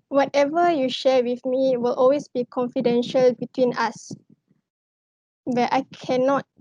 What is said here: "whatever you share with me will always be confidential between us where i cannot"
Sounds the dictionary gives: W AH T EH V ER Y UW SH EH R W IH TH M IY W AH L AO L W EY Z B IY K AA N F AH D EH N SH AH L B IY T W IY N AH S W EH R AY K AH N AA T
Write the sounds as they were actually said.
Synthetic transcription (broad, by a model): W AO T EH V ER Y UW SH EH W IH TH M IY W AH L AO L W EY S B IY K AA N F AH D EH N SH AH L B IY T W IY N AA S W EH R AY K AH N AA T